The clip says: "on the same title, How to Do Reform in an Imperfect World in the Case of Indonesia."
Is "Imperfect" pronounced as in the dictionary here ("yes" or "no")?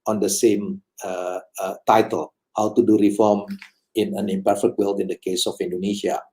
yes